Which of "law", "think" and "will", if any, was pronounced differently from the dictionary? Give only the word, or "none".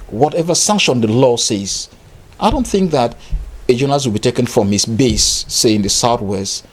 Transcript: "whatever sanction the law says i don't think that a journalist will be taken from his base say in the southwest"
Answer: none